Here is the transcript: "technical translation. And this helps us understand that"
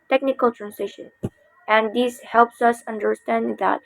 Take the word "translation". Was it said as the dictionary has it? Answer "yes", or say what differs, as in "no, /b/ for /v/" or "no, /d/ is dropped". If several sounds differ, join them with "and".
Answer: no, /l/ is dropped